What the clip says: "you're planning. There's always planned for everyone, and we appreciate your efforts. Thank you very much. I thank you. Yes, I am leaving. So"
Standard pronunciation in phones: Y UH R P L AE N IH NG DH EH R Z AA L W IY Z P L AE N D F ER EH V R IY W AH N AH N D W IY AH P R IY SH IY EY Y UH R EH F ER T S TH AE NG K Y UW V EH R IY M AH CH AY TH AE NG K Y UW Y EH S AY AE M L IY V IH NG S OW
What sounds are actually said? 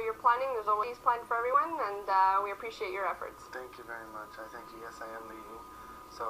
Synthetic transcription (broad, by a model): Y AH R P L AE N IH NG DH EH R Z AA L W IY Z P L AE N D F ER EH V R IY W AH N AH N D W IY AH P R IY SH IY EY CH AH R EH F ER T S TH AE NG K Y UW V EH R IY M AH CH AY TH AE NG K Y UW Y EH S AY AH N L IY IH S OW